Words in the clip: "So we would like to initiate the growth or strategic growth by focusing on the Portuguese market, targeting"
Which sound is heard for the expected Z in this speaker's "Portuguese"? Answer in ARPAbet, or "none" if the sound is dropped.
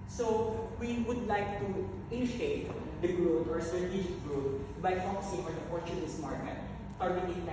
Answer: S